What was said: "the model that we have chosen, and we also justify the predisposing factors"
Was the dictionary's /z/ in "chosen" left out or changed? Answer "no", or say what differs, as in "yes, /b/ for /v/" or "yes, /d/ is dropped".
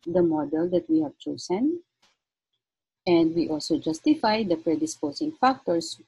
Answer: yes, /s/ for /z/